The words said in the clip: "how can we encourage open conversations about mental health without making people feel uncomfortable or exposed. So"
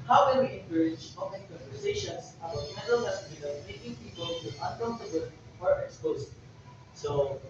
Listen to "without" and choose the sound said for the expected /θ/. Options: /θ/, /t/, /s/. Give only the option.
/t/